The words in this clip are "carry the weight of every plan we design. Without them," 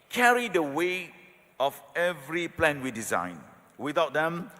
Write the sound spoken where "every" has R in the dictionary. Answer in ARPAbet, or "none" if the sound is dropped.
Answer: R